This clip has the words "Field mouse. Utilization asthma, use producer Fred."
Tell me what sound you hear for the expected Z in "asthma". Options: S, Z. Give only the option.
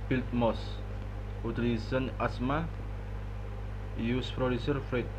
S